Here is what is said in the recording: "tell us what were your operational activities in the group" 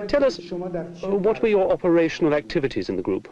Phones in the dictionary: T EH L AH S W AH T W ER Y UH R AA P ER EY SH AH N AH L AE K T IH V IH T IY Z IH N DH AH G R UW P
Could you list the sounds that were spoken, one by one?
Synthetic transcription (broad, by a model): T EH L AH S W AH T W ER Y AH R AA P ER EY SH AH N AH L AE K T IH V IH T IY Z IH N DH AH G R UW P